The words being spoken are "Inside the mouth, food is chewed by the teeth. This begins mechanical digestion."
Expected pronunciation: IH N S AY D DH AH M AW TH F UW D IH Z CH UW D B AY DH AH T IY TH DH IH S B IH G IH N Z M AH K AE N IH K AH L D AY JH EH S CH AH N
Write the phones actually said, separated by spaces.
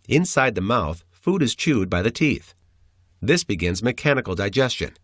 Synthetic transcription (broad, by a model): IH N S AY D DH AH M AW TH F UW D IH Z CH UW D B AY DH AH T IY TH DH IH S B IH G IH N Z M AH K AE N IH K L D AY JH EH S CH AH N